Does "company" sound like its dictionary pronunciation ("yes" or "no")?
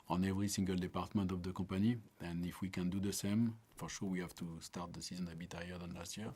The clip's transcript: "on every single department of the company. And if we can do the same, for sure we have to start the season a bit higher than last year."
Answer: no